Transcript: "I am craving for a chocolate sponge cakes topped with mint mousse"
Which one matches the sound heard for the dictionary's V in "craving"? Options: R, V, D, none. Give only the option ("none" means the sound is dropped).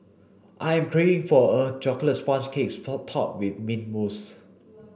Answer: none